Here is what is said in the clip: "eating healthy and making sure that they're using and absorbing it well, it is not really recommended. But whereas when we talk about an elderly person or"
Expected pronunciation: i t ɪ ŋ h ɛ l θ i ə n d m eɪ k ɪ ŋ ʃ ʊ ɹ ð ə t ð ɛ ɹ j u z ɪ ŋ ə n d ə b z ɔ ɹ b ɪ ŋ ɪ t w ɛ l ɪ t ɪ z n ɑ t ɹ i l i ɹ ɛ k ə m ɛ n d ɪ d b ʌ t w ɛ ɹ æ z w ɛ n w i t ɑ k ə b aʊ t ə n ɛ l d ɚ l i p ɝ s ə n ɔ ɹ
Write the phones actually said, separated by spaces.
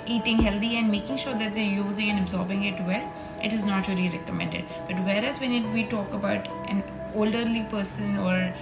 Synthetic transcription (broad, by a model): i t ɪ ŋ h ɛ l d i ə n d m eɪ k ɪ ŋ ʃ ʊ ɹ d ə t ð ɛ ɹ j u z ɪ ŋ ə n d ə b z ɔ ɹ b ɪ ŋ ɪ t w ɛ l ɪ t ɪ z n ɑ t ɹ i l i ɹ ɛ k ə m ɛ n d ɪ d b ʌ t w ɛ ɹ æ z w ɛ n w i t ɑ k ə b aʊ t ə n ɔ l d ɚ l i p ɝ s ə n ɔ ɹ